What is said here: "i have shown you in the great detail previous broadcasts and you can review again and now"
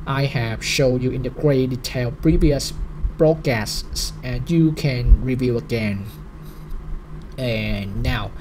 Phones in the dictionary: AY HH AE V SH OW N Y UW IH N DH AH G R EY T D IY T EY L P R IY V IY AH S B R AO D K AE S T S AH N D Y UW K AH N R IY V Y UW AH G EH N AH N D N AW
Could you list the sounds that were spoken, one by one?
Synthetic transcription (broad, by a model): AY HH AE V SH OW N Y UW IH N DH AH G R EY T D IY T EY L P R IY V IY AH S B R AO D K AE S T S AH N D Y UW K AH N R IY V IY AH G EH N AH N N AW